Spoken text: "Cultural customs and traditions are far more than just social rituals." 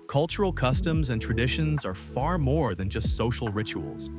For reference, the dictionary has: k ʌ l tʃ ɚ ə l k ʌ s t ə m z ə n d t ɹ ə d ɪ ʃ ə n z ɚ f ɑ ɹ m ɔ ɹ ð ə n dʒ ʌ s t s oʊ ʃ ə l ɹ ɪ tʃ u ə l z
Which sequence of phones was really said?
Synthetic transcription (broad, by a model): k ʌ l tʃ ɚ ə l k ʌ s t ə m z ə n t ɹ ə d ɪ ʃ ə n z ɚ f ɑ ɹ m ɔ ɹ ð ə n dʒ ʌ s t s oʊ ʃ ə l ɹ ɪ tʃ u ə l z